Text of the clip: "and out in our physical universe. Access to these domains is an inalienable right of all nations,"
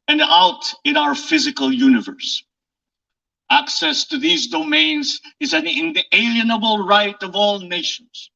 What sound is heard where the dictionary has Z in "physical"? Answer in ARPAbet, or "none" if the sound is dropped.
Z